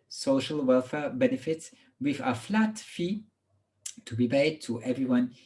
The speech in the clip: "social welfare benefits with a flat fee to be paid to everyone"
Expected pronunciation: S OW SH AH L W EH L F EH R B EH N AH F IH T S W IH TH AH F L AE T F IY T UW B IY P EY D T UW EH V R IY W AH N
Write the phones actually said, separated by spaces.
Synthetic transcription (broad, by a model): S OW SH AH L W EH L F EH B EH N AH F IH T S W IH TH AH F L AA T F IY T UW B IY B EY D T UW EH V R IY W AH N